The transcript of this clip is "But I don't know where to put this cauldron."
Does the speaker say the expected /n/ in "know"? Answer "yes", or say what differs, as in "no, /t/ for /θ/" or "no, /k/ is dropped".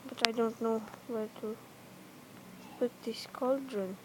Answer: yes